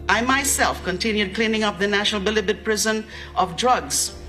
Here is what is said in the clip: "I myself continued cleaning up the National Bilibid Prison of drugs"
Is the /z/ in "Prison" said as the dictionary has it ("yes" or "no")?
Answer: yes